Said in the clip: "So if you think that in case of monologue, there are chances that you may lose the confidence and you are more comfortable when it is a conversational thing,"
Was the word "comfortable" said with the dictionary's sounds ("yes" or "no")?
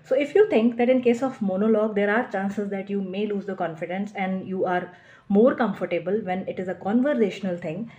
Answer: yes